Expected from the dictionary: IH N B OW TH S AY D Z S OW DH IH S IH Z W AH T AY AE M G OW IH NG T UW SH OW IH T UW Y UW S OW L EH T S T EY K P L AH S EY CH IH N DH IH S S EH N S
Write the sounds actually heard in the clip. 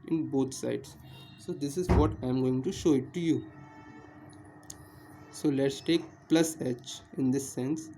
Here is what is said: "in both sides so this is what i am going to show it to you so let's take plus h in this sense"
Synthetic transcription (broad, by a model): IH N B OW T S AY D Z S OW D IH S IH Z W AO T AY M G OW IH NG T UW SH OW IH T UW Y UW S OW L EH T S T EY K P L AH S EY CH IH N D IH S S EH N S